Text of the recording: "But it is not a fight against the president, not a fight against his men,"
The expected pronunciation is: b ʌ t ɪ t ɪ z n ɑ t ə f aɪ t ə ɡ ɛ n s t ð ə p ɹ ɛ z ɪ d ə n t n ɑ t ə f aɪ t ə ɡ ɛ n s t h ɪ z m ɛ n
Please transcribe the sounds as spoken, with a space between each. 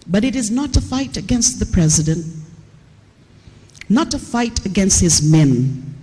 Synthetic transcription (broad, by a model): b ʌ t ɪ t ɪ z n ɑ t ə f aɪ t ə ɡ ɛ n s t ð ə p ɹ ɛ z ɪ d ə n t n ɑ t ə f aɪ t ə ɡ ɛ n s t h ɪ z m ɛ n